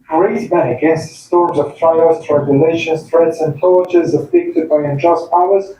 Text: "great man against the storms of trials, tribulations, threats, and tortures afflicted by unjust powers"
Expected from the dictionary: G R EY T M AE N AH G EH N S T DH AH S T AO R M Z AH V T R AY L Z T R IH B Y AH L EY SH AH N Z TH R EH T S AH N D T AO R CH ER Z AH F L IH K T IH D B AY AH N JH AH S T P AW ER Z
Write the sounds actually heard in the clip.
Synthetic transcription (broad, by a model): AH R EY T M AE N AH G EH N S T DH AH S T AO R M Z AH V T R AY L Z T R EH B Y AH L EY SH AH N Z TH R EH T S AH N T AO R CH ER Z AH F IH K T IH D B AY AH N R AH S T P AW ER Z